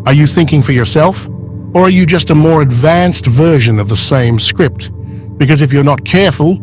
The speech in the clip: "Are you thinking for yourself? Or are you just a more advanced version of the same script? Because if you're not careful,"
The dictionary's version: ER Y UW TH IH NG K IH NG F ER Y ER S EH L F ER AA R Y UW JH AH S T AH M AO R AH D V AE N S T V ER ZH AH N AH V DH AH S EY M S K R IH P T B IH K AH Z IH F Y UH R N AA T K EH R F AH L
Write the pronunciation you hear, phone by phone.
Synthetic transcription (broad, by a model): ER Y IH TH IH NG K IH NG F ER Y ER S EH L F ER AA R Y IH JH AH S T AH M AO R AH D V AE N S T V ER ZH AH N AH V DH AH S EY M S K R IH P T B IH K AH Z IH F Y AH R N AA T K EH R F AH L